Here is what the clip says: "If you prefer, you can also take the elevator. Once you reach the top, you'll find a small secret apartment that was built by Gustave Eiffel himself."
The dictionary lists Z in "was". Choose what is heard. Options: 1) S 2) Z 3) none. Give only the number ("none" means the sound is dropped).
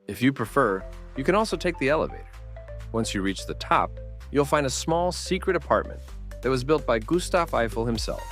2